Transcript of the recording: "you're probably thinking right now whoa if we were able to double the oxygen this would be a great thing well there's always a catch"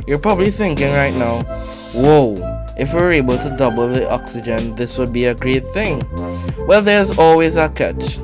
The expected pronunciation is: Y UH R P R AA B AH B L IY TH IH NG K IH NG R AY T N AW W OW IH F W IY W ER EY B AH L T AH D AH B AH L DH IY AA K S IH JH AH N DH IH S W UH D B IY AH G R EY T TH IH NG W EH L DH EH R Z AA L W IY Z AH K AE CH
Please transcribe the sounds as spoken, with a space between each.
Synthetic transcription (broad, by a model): Y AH R P R AA B AH B L IY TH IH NG K IH NG R AY T N AW W OW IH F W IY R EY B AH L T AH D AH B L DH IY AA K S IH JH AH N DH IH S W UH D B IY AH G R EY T TH IH NG W EH L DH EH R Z AA L W IY Z AH K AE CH